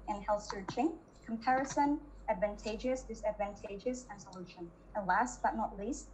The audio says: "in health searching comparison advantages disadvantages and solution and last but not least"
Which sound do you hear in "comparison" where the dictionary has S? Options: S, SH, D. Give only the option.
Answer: S